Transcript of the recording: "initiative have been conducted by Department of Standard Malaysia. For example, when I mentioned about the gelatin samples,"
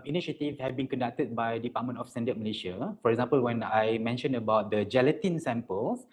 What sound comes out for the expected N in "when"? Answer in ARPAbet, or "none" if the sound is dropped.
N